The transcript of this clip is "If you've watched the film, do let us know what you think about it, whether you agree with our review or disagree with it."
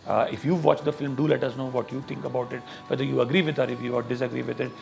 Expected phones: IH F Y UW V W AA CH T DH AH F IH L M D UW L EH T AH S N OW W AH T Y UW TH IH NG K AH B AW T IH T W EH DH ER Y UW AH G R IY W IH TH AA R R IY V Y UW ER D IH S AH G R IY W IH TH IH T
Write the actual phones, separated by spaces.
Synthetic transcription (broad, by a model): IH F Y UW V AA CH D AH F IH L M D UW L EH T AH S N OW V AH T Y UW T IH NG K AH B AW T IH T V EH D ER Y UW AH G R IY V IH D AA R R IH F Y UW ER D IH S AH G R IY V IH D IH T